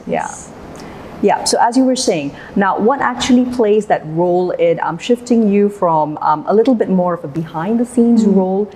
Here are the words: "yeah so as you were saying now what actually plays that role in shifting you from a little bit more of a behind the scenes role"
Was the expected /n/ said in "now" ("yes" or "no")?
yes